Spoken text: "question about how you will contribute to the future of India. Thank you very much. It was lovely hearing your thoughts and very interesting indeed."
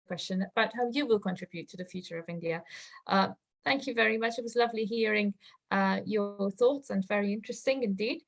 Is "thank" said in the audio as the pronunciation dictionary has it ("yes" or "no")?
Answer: yes